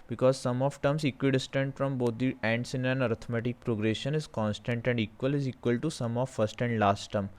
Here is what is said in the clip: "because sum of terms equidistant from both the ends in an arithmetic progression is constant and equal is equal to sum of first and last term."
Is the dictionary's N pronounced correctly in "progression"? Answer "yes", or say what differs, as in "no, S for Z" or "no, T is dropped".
yes